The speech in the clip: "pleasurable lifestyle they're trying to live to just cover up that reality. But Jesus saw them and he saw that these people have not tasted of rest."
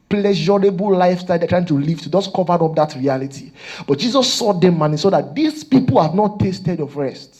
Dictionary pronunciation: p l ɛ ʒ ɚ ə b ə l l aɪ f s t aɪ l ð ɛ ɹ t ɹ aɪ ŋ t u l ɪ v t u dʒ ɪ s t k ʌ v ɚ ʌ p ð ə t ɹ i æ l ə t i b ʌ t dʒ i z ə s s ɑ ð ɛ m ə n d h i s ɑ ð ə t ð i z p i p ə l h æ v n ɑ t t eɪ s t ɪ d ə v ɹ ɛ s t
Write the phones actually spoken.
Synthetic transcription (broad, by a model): p l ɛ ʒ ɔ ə b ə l l aɪ f s t aɪ l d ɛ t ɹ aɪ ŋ t u l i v t u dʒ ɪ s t k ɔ v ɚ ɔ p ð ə t ɹ i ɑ l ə t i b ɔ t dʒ i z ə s s ɑ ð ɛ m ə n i s ɑ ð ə t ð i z p i p ə l h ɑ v n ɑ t t eɪ s t ɪ d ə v ɹ ɛ s t